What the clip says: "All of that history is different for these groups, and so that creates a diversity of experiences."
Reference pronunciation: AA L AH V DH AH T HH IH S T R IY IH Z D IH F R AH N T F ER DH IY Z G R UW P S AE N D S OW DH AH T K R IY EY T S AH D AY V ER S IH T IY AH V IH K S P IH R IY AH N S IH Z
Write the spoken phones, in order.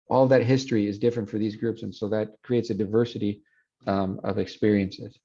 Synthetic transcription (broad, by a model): AA L AH V DH AH T HH IH S T R IY IH Z D IH F R AH N T F ER DH IY Z G R UW P S N S OW DH AH T K R IY EY T S AH D AY V ER S IH T IY AH V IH K S P IH R IY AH N S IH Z